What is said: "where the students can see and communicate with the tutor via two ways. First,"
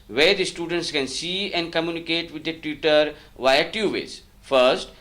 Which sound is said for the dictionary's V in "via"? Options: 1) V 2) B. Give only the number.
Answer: 1